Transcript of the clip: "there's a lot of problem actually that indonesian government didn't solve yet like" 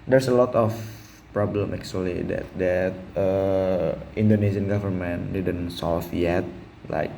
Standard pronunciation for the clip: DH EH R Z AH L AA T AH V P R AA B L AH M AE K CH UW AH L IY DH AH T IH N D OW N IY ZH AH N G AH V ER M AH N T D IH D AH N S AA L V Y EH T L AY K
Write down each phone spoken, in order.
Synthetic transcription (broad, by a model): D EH R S AH L AA T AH F P R AA B L AH M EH K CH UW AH L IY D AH T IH N D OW N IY S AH N G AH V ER M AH N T D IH D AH N S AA L F Y EH T L AY K